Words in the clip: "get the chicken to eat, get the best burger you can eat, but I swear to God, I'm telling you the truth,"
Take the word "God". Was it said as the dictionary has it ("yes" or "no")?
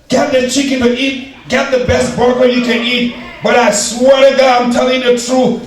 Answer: no